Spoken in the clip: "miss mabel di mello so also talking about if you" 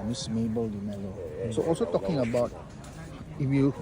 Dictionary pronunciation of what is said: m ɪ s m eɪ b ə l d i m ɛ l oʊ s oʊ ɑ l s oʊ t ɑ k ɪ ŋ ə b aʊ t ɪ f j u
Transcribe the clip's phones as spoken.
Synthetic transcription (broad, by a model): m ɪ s m eɪ b ə l d i m ɛ l oʊ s oʊ ɑ l s oʊ t ɑ k ɪ ŋ ə b aʊ t ɪ f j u